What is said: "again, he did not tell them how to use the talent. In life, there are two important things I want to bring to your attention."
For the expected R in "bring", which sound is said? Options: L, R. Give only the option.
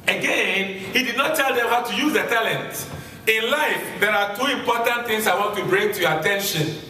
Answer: R